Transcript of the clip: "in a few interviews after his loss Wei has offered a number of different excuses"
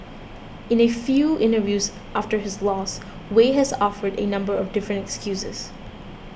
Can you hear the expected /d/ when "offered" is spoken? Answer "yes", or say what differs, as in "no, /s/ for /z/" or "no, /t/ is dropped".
yes